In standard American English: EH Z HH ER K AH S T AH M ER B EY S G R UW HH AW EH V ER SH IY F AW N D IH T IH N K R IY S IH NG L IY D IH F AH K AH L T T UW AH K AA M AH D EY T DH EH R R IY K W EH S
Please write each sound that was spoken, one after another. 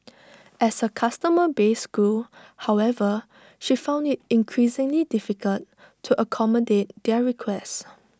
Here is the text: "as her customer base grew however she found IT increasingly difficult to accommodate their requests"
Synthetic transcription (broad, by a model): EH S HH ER K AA S T AH M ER B EY S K UW HH AW EH V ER SH IY F AW N D IH T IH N K R IY S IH NG L IY D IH F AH K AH L T T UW AH K AA M AH D EY T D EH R R IY K W EH S